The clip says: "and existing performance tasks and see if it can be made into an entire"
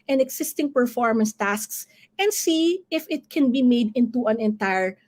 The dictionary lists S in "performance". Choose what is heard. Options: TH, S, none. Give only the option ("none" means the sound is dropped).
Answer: S